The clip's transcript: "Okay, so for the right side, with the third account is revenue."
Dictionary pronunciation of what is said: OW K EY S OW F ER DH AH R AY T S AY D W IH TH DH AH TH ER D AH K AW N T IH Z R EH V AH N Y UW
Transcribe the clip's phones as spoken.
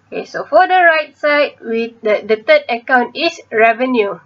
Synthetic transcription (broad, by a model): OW K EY S OW F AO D AH R AY T S AY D W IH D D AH T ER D AH K AW N T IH S R EH V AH N Y UW